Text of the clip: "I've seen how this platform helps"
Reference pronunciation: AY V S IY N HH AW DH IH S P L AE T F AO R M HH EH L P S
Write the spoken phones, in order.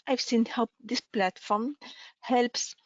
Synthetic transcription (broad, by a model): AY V S IY N HH AW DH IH S P L AE T F AO R M HH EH L P S